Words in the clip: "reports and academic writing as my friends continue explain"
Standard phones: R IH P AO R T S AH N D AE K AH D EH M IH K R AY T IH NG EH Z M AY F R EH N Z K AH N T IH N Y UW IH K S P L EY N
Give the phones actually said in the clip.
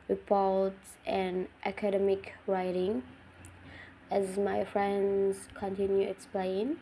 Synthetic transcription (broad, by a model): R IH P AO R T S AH N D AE K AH D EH M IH K R AY T IH NG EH Z M AY F R EH N Z K AH N T IH N Y UW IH K S P L EY N